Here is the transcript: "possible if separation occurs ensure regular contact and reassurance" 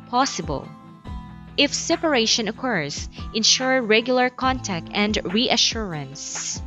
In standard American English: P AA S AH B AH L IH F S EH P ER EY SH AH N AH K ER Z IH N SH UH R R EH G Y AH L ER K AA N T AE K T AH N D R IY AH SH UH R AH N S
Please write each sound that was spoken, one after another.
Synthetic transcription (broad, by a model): P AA S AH B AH L IH F S EH P ER EY SH AH N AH K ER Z IH N SH UH R R EH G Y AH L ER K AA N T AE K T AH N D R IY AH SH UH R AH N S